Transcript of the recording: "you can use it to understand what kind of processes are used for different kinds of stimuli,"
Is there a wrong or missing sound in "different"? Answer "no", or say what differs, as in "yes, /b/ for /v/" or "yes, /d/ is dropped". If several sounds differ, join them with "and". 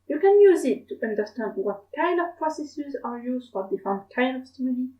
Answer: yes, /ɹ/ is dropped